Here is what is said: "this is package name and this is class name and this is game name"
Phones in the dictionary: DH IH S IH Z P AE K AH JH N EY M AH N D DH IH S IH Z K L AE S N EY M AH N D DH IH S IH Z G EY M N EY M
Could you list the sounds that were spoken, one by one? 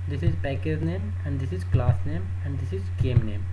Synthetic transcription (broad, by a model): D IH S IH Z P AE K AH Z N EY M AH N D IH S IH Z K L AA S N EY M AH N D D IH S IH Z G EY M N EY M